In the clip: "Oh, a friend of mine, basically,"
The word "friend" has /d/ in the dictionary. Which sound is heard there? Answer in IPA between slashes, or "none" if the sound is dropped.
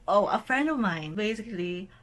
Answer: /d/